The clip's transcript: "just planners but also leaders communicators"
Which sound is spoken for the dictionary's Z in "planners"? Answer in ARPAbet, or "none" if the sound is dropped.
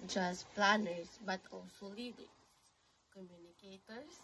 S